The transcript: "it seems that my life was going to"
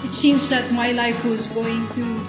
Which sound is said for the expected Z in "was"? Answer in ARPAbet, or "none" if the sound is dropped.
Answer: Z